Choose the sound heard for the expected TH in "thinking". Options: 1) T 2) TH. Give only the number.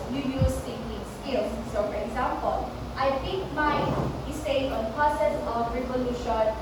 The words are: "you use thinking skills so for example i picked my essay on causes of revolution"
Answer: 1